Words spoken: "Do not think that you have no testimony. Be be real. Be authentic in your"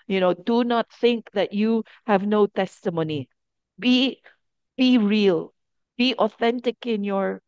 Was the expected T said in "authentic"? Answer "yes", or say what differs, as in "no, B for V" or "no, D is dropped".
yes